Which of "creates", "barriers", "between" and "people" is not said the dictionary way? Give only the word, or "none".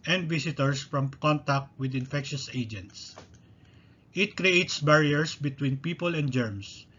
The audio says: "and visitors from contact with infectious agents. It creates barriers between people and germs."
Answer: barriers